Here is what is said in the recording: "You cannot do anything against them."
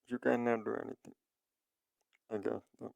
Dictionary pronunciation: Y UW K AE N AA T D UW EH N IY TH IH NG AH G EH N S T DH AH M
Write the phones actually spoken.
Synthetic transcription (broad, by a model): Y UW K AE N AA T D UW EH N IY T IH NG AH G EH S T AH